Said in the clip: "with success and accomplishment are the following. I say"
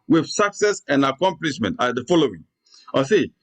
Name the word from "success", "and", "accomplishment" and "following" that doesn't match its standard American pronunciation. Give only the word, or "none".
none